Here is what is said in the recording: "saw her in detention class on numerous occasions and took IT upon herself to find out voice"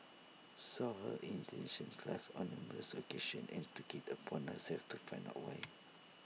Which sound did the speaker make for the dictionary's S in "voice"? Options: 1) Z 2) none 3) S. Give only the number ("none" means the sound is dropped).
2